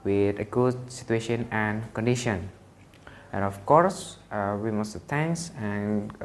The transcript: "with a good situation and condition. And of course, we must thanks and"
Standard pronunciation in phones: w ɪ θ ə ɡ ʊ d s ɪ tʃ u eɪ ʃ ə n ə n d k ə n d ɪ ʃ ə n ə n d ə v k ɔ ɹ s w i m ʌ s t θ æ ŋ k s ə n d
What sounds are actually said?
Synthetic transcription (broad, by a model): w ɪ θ ə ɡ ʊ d s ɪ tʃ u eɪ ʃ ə n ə n k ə n d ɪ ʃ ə n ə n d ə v k ɔ ɹ s w i m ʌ s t t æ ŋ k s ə n